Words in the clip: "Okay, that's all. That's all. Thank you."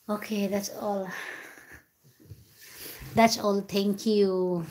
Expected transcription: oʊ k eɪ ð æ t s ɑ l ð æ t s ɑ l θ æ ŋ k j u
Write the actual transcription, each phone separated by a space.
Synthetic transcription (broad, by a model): oʊ k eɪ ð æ t s ɑ l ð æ t s ɑ l t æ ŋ k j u